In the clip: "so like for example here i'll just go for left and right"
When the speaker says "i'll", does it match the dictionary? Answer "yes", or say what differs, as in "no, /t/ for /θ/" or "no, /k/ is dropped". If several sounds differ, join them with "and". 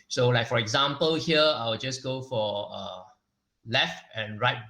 no, /w/ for /l/